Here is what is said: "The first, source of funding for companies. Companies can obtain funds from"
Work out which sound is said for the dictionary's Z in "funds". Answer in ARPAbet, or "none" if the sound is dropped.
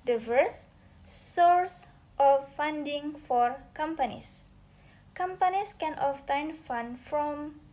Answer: none